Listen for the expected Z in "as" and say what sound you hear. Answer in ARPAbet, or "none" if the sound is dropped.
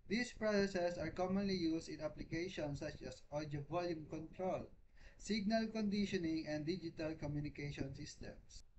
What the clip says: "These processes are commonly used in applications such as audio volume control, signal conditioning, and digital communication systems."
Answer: S